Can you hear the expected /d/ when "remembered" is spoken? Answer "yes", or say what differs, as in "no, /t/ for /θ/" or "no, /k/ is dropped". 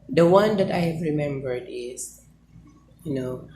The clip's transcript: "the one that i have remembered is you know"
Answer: yes